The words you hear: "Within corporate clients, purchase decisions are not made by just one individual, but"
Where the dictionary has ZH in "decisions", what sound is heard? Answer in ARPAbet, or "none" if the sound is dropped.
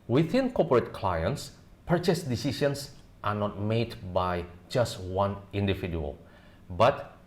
SH